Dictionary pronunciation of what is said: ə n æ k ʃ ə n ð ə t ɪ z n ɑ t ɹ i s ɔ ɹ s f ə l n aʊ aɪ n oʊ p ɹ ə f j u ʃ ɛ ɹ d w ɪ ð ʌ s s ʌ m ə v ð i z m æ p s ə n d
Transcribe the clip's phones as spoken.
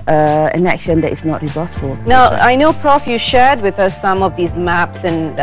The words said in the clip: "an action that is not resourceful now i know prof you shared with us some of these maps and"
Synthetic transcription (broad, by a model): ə n æ k ʃ ə n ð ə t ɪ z n ɑ t ɹ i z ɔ s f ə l n aʊ aɪ n oʊ p ɹ ə f j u ʃ ɛ ɹ d w ɪ ð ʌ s s ʌ m ə v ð i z m æ p s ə n